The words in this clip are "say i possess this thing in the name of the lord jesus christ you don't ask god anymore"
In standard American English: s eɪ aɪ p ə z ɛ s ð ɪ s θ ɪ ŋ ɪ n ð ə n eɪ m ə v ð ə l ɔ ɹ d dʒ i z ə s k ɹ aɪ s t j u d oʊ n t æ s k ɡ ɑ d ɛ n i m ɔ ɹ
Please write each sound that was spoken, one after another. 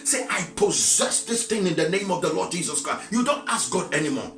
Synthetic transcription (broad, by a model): s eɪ aɪ p ə z ɛ s ð ɪ s θ ɪ ŋ ɪ n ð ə n eɪ m ə v ð ə l ɔ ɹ d dʒ i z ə s k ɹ aɪ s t j u d oʊ n t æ s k ɡ ɑ d ɛ n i m ɔ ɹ